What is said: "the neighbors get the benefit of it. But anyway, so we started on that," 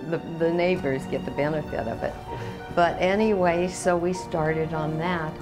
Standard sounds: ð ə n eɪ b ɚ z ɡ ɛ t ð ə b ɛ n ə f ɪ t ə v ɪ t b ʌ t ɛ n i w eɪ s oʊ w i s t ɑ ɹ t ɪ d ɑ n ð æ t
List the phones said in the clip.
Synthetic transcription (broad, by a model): ð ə n eɪ b ɚ z ɡ ɛ t ð ə b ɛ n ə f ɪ t ə v ɪ t b ʌ t ɛ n i w eɪ s oʊ w i s t ɑ ɹ t ɪ d n ð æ t